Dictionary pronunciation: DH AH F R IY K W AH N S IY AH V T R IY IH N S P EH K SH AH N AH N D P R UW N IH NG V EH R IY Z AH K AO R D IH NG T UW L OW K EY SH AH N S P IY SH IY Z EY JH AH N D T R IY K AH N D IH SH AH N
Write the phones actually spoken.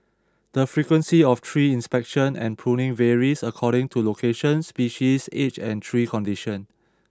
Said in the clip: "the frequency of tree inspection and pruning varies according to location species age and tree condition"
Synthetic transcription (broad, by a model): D AH F R IY K W AH N S IY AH F T R IY IH N S P EH K SH AH N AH N P R UW N IH NG V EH R IY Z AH K AO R D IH NG T UW L OW K EY SH AH N S P IY SH IY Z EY CH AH N T R IY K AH N D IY SH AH N